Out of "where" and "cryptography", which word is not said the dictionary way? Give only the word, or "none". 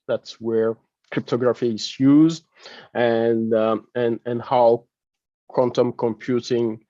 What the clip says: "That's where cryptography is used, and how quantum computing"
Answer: none